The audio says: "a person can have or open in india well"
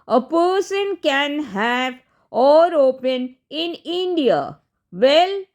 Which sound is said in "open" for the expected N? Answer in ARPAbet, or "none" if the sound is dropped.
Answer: N